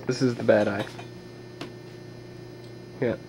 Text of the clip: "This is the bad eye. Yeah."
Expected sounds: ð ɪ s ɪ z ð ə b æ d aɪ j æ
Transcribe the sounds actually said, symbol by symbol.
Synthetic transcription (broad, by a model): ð ɪ s ɪ z ð ə b æ d aɪ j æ